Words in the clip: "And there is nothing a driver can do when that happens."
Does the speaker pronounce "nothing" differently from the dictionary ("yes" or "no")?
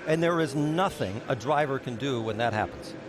no